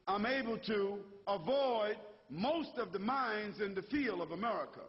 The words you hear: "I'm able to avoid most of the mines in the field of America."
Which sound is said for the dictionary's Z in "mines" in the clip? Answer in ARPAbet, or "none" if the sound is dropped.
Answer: Z